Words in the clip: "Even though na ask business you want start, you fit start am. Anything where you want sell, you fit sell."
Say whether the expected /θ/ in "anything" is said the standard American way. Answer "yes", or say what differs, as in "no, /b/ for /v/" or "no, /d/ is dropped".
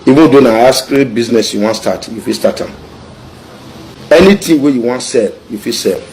no, /t/ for /θ/